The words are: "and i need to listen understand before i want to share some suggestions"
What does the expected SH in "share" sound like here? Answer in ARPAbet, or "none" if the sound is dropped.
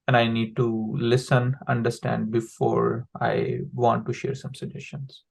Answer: SH